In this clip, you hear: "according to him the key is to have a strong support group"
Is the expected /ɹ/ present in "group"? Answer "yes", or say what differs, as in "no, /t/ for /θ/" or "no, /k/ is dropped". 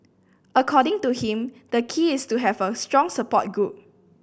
no, /ɹ/ is dropped